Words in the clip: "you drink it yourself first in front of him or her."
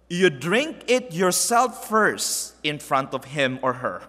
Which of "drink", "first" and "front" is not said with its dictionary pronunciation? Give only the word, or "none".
none